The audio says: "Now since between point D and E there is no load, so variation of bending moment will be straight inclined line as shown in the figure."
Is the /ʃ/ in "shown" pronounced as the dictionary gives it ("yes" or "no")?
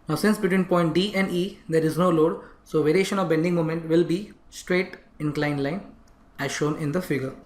yes